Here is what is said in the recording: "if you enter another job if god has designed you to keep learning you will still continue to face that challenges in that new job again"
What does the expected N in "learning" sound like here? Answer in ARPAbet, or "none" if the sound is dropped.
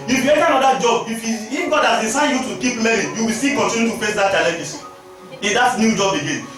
none